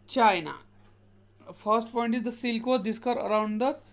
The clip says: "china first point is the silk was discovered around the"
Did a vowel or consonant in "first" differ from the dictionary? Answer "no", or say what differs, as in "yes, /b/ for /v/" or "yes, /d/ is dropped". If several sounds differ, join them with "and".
no